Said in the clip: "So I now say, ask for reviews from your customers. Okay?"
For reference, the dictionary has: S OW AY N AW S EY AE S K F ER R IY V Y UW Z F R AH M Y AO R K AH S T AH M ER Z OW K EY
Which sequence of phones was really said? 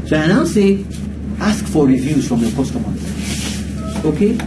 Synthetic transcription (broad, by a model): S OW AY N AW S EY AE S K F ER R IY V Y UW Z F R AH M Y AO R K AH S T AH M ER OW K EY